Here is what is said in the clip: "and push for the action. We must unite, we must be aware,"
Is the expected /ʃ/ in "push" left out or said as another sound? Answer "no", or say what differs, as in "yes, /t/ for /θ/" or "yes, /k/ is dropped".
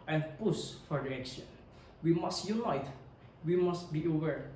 yes, /s/ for /ʃ/